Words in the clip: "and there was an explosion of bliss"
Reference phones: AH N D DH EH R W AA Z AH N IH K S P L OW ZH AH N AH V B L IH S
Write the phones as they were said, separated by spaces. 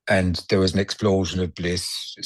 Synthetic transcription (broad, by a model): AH N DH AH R W AA Z AH N IH K S P L OW ZH AH N AH V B L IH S